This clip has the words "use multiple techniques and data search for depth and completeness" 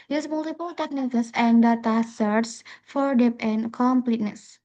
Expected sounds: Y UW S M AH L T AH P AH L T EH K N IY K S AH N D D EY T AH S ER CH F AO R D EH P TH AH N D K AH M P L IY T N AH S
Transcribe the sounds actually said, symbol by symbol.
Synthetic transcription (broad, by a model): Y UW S M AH L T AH P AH L T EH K N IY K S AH N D D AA T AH S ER S F AO R D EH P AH N K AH M P L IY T N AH S